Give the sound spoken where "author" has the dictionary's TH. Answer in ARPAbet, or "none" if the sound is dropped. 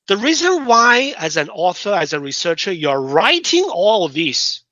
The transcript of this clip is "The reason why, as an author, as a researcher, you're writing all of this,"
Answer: TH